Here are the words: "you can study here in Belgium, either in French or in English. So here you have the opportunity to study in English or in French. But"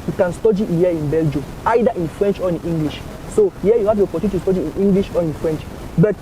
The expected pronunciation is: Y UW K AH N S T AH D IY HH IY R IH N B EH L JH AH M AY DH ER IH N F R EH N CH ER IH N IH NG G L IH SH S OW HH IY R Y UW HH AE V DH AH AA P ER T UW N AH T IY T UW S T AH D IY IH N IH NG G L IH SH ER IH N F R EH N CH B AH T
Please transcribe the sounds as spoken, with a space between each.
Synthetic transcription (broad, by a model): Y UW K AH N S T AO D IY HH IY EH IH N B EH L JH AH M AY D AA IH N F R EH N CH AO IH N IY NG G L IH SH S OW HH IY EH Y UW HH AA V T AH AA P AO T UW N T T UW S T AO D IY IH N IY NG G L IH SH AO IH N F R EH N CH B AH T